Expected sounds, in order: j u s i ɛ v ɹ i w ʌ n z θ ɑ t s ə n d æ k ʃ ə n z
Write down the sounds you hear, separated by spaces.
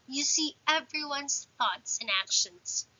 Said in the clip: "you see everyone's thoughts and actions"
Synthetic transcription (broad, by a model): j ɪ s i ɛ v ɹ i w ʌ n z θ ɑ t s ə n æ k ʃ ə n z